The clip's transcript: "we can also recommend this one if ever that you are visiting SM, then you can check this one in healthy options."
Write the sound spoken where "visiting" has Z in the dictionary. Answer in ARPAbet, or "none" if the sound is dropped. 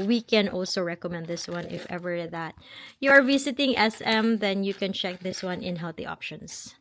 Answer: S